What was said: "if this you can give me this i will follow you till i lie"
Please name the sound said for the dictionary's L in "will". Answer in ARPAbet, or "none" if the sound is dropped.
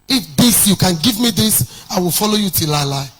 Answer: L